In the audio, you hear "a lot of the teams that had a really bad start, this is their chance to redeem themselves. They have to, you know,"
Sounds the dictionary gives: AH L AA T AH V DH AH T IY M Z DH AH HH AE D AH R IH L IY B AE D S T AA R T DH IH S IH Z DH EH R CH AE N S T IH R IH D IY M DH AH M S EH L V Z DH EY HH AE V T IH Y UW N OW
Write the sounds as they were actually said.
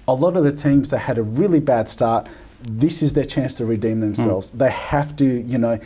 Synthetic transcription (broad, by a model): AH L AA T AH V DH AH T IY M Z DH AH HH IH D AH R IH L IY B AE D S T AA R T DH IH S IH Z DH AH R CH AE N S T IH R IH D IY M DH AH M S EH L V Z DH EY HH AE F T IH Y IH N OW